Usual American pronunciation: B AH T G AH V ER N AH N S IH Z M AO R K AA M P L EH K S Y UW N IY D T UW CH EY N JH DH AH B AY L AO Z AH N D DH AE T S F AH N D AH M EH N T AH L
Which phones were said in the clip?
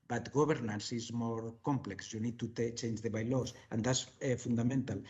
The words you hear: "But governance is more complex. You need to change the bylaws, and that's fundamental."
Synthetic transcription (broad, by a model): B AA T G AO B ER N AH N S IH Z M AO R K AA M P L EH K S Y UW N IY D T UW CH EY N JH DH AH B AY L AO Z AH N D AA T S F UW N D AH M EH N T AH L